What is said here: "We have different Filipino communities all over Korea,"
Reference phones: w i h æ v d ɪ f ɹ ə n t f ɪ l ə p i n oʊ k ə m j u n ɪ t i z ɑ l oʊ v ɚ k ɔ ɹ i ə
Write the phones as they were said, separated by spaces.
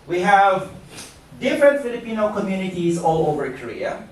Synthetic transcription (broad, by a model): w i h æ v d ɪ f ɹ ə n t f ɪ l ə p i n oʊ k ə m j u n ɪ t i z ɑ l oʊ v ɚ k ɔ ɹ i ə